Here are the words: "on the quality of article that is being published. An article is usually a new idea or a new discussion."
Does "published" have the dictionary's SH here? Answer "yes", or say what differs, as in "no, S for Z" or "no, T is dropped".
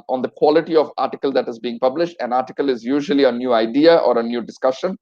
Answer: yes